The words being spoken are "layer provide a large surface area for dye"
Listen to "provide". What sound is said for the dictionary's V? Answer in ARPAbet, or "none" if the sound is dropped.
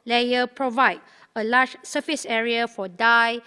V